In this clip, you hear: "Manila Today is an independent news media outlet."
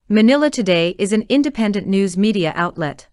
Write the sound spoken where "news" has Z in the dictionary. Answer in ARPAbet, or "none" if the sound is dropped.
Z